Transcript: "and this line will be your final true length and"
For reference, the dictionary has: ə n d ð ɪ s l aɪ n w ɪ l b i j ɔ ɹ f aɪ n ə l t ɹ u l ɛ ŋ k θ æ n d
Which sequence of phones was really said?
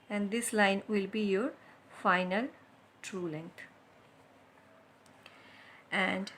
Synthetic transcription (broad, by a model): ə n d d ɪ s l aɪ n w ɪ l b i j ɔ ɹ f aɪ n ə l t ɹ u l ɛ ŋ k t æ n d